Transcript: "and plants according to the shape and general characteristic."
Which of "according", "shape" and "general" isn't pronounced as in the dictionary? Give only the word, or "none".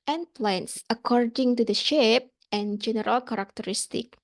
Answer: none